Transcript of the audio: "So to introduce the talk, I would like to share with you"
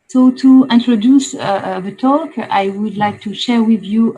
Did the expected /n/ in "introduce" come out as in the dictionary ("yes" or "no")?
yes